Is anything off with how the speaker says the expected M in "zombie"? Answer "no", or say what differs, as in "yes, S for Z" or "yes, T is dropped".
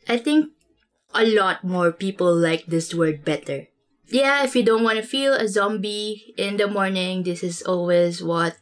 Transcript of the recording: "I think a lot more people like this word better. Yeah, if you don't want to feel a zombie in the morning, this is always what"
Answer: no